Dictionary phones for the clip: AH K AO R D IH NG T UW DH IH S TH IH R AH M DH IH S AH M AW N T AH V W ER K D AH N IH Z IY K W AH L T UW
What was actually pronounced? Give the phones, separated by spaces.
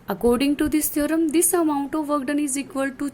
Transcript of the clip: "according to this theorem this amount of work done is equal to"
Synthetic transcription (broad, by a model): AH K AO R D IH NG T UW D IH S T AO R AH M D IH S AH M AW N T AH V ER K D AH N IH Z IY K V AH L T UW